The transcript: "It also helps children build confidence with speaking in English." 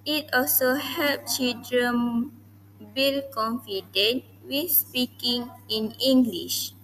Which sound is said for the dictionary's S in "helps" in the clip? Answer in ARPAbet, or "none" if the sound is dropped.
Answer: none